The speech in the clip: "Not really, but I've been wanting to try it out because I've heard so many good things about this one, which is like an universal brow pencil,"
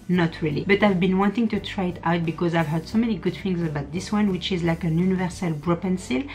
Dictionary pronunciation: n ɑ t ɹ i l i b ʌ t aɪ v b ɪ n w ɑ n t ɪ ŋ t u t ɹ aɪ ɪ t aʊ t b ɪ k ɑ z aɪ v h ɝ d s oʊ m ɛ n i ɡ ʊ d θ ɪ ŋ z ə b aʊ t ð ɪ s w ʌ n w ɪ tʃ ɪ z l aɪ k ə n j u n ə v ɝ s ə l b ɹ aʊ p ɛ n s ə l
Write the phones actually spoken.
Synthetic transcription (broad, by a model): n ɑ t ɹ i l i b ʌ t aɪ v b ɪ n w ɑ n t ɪ ŋ t u t ɹ aɪ ɪ t aʊ t b ɪ k ɑ z aɪ v h ɝ d s oʊ m ɛ n i ɡ ʊ d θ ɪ ŋ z ə b aʊ t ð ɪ s w ʌ n w ɪ tʃ ɪ z l aɪ k ə n j u n ə v ɝ s ə l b ɹ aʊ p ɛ n s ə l